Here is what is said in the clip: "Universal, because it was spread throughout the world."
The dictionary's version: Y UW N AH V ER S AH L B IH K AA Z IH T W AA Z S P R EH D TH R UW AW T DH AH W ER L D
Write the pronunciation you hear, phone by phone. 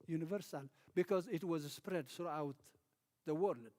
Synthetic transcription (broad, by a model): Y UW N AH V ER S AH L B IH K AA Z IH T W AA Z S P R EH D TH R UW AW T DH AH W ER L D